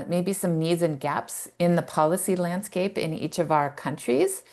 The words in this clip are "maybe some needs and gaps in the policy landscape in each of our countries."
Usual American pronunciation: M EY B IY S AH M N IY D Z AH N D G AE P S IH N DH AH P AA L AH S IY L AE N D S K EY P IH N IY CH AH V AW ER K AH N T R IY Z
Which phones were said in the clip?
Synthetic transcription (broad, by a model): M EY B IY S AH M N IY D Z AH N G AE P S IH N DH AH P AA L AH S IY L AE N D S K EY P IH N IY CH AH V AW ER K AH N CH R IY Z